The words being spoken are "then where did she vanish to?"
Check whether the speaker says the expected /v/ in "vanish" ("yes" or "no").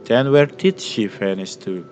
no